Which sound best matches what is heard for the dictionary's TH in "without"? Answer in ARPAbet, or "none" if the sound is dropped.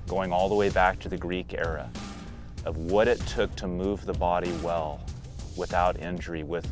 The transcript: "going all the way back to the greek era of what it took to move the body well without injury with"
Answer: TH